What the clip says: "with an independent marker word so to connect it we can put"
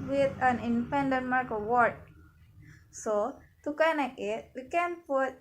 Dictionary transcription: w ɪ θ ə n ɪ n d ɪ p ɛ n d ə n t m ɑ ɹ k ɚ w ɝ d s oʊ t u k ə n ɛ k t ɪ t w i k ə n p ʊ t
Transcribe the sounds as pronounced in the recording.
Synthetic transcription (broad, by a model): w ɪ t ə n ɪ n d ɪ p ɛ n d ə n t m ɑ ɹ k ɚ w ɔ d s oʊ t u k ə n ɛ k ɪ t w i k ə n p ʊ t